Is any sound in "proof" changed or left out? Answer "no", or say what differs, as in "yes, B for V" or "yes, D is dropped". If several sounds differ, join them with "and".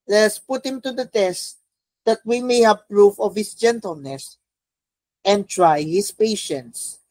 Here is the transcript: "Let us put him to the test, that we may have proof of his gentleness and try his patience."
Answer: no